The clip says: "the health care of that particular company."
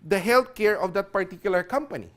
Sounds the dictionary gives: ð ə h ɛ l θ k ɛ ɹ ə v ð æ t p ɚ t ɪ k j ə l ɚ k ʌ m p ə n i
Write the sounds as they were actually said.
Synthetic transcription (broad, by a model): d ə h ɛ l t k ɛ ɹ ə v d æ t p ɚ t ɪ k j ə l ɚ k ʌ m p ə n i